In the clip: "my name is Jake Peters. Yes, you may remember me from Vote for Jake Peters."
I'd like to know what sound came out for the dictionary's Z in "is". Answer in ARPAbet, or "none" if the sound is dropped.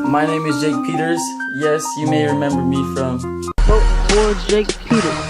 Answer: Z